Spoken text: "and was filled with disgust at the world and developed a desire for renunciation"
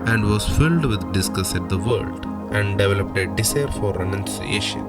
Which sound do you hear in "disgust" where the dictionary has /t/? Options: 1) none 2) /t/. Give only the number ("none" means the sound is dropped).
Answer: 1